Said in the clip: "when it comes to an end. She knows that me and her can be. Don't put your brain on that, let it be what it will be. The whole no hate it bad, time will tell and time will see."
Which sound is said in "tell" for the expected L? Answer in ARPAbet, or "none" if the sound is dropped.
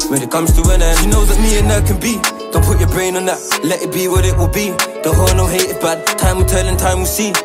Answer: N